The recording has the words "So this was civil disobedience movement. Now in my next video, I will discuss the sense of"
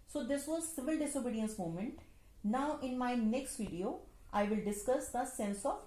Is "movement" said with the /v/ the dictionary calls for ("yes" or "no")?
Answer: no